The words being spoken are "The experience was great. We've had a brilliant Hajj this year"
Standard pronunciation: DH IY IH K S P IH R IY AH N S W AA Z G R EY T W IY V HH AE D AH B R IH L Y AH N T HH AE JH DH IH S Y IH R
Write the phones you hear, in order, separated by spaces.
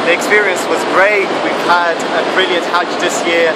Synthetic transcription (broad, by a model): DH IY IH K S P IH R IY AH N S W AA Z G R EY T W IY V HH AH D AH B R IH L Y AH N T HH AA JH DH IH S Y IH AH